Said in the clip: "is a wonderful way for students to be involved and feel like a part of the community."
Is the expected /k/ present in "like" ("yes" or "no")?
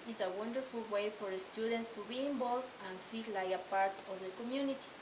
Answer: no